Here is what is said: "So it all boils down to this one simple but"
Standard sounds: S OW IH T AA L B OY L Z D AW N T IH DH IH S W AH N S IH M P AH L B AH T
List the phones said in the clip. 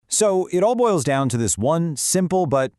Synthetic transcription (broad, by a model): S OW IH T AA L B OY L Z D AW N T IH DH IH S W AH N S IH M P L B AH T